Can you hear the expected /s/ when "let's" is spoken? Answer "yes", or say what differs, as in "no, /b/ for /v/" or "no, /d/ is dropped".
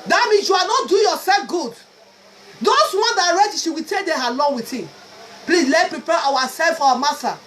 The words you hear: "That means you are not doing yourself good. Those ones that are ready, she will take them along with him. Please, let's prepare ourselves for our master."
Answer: no, /s/ is dropped